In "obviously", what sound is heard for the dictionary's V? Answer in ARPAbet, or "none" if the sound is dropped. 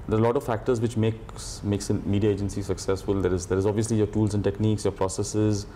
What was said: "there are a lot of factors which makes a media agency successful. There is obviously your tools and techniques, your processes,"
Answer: V